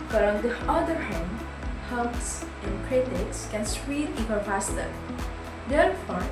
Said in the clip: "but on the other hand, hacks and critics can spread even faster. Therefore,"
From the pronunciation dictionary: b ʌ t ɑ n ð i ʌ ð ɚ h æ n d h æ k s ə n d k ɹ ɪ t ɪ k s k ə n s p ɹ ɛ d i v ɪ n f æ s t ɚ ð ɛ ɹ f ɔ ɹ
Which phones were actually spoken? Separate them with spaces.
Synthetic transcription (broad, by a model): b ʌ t ɑ n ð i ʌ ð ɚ h æ n d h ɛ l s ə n k ɹ ɪ t ɪ k s k ə n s ɹ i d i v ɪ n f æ s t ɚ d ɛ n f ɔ